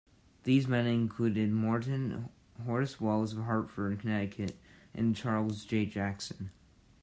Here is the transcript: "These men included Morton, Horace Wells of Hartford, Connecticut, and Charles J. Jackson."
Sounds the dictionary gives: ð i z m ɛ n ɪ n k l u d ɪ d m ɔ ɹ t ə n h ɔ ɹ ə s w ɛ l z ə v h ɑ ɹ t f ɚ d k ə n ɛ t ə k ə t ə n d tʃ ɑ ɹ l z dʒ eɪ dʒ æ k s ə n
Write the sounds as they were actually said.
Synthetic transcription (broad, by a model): ð i z m ɛ n ɪ n k l u d ɪ d m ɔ ɹ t n h ɔ ɹ s w ɛ l z ə v h ɑ ɹ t f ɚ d k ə n ɛ t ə k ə t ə n tʃ ɑ ɹ l z dʒ eɪ dʒ æ k s ə n